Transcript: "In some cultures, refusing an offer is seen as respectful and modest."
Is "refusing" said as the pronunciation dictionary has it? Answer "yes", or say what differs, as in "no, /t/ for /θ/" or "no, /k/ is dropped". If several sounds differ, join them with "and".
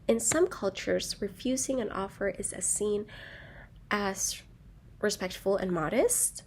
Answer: yes